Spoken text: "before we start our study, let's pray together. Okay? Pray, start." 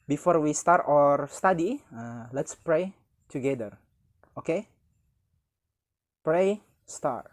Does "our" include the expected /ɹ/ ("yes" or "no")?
yes